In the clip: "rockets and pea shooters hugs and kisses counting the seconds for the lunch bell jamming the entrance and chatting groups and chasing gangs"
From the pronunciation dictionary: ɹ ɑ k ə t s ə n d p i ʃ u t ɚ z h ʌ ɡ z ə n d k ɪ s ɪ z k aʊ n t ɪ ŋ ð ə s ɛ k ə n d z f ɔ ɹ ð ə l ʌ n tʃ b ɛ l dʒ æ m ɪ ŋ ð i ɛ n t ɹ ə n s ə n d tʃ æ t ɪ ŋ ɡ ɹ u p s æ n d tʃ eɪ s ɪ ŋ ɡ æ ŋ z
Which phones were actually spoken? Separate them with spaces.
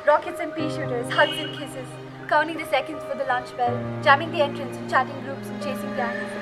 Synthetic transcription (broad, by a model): ɹ ɑ k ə t s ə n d p i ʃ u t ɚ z h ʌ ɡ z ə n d k ɪ s ɪ z k aʊ n t ɪ ŋ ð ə s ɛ k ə n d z f ɔ ɹ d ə l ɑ n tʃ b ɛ l dʒ æ m ɪ ŋ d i ɛ n t ɹ ə n s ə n tʃ æ t ɪ ŋ ɡ ɹ u p s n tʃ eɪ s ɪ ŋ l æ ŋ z